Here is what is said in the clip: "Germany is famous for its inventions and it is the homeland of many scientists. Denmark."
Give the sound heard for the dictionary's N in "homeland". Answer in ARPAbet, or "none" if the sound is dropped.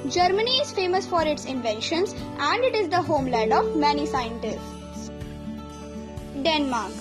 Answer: none